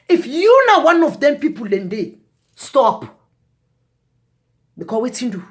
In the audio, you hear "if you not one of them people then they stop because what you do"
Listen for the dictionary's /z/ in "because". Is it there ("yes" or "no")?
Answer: no